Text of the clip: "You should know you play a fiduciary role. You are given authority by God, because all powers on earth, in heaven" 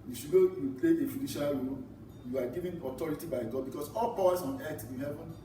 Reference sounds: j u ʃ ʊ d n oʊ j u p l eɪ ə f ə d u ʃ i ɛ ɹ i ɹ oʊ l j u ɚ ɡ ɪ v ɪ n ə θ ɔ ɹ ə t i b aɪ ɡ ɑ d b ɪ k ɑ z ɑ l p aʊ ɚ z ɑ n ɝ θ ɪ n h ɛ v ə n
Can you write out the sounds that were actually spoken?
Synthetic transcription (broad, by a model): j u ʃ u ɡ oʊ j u p l eɪ ə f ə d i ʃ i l ɹ oʊ l j u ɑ ɡ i v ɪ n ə t ɔ ɹ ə t i b aɪ ɡ ɑ d b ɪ k ɑ s ɑ l p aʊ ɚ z ɑ n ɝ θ ɪ n h ɛ v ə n